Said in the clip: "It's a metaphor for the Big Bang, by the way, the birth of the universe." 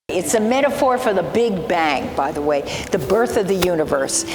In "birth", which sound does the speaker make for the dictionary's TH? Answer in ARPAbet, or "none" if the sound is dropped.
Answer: TH